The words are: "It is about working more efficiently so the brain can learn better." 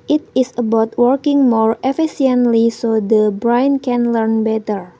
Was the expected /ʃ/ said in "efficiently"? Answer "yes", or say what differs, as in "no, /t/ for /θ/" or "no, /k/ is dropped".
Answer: no, /s/ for /ʃ/